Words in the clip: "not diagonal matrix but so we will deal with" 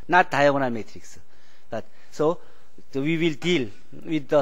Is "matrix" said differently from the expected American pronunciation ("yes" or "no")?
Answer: no